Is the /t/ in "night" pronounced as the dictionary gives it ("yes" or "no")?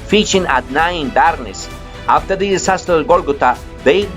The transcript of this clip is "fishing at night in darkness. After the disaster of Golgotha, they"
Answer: no